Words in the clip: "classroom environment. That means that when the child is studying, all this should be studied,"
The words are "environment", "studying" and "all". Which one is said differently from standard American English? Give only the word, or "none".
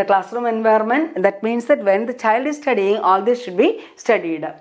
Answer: environment